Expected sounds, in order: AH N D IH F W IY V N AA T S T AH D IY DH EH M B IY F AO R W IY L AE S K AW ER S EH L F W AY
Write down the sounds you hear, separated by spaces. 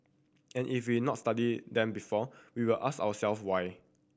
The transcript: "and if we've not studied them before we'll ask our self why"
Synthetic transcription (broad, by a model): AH N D IH F W IY N AA T S T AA D IY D EH M B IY F AO W W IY L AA S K AW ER S EH L F W AY